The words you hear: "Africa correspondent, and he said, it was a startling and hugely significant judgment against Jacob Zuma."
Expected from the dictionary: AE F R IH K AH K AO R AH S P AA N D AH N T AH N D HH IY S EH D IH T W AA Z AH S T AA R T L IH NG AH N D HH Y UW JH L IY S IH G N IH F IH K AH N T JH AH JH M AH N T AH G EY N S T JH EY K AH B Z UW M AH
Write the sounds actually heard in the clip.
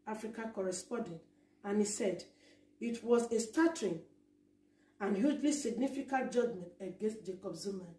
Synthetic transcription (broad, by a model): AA F R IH K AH K AO R AH S P AA N D AH N T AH N HH IY S EH D IH T W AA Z AH S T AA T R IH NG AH N HH Y UW JH L IY S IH G N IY F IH K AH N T JH AH JH M AH N T AH G EY N S T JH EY K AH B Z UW M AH